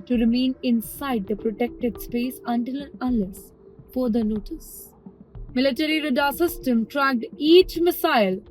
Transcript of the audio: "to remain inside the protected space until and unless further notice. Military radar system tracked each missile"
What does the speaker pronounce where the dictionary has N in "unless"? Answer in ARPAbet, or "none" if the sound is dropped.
none